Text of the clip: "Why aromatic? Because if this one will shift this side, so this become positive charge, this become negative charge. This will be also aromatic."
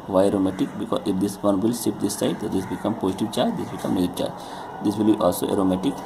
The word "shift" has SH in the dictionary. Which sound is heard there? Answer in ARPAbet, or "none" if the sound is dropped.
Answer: S